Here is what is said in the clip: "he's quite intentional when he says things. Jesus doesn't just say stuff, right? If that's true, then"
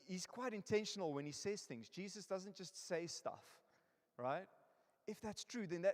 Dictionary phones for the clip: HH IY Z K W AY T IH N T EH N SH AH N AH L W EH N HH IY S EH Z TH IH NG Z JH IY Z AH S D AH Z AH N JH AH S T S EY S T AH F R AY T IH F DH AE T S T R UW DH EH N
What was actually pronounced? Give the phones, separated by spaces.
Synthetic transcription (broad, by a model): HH IY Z K W AY T IH N T EH N SH AH N AH L W EH N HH IY S EH Z TH IH NG Z JH IY Z AH S D AH Z AH N JH AH S T S EY S T AH F R AY T IH F DH AE T S T R UW DH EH N